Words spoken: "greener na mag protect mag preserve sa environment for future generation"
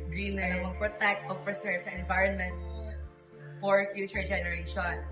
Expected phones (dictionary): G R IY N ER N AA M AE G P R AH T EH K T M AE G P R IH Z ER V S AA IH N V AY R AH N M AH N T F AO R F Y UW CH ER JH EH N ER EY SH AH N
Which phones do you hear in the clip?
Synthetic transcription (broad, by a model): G R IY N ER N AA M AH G P R AH T EH K T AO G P R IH S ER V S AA IH N V AY R AH N M AH N T F AO R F Y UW CH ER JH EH N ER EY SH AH N